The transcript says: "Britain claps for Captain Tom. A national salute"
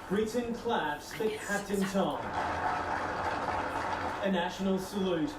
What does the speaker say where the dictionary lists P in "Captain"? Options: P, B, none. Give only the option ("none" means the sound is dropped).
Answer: none